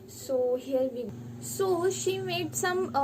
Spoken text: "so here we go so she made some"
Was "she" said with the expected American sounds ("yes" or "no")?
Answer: yes